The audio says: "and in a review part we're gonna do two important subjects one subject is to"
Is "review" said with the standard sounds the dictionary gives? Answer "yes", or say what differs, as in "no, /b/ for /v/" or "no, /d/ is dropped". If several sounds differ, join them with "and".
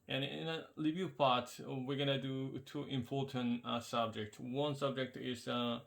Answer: no, /l/ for /ɹ/